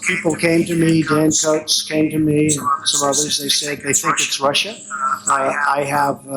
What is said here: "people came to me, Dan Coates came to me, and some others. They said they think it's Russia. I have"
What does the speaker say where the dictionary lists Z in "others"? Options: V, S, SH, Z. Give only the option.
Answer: Z